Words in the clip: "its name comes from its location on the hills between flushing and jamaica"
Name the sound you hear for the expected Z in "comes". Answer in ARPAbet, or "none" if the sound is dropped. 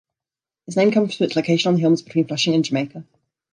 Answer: none